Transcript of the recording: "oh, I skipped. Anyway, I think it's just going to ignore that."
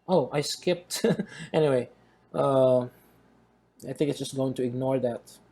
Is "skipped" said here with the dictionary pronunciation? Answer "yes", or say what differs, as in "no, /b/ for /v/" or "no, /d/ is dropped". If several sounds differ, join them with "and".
yes